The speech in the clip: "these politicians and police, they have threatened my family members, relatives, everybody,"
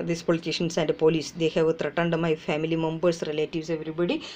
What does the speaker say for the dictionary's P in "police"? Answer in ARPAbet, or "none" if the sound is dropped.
P